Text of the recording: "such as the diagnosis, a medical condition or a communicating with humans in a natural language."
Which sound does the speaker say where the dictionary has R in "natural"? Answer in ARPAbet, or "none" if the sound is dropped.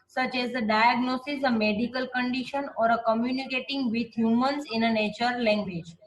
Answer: none